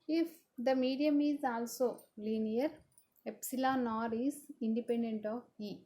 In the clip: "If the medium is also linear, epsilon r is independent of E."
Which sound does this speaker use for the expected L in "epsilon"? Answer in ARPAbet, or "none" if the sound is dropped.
L